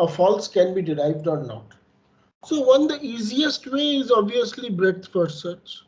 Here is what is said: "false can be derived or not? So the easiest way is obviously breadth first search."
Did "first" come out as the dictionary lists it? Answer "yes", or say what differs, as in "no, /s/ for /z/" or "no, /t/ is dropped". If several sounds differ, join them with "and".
no, /s/ is dropped